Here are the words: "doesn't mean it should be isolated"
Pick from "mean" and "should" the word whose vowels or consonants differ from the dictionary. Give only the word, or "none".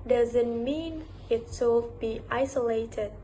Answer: should